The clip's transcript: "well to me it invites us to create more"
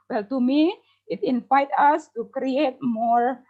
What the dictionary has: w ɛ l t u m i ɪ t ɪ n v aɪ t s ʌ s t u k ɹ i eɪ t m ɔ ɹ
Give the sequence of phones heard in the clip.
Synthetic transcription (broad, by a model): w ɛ l t u m i ɪ t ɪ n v aɪ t ʌ s t u k ɹ i eɪ t m ɔ ɹ